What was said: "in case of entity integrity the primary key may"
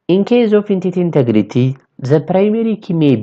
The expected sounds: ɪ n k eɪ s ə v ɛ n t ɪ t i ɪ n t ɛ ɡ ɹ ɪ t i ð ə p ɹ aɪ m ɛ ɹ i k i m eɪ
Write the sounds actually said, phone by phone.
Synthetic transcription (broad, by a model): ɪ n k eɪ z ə f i n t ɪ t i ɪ n t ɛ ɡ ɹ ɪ t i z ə p ɹ aɪ m ɛ ɹ i k i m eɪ